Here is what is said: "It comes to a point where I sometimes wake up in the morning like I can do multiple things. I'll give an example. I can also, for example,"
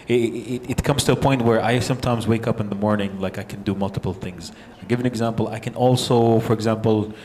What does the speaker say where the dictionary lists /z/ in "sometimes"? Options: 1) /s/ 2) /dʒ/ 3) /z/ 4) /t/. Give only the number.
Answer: 3